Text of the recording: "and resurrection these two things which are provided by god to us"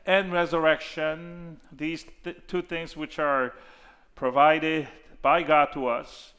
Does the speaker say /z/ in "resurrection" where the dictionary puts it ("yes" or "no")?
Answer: yes